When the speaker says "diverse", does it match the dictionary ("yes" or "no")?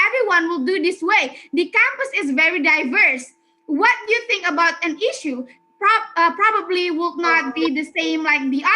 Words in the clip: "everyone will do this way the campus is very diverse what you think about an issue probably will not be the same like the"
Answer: yes